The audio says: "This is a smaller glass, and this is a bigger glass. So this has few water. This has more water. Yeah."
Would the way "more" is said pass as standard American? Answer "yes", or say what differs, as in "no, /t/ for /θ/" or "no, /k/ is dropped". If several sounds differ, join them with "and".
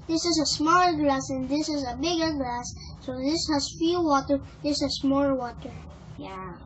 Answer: no, /l/ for /ɹ/